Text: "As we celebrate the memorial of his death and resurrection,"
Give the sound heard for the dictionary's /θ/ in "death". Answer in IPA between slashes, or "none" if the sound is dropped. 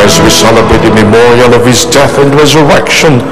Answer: /θ/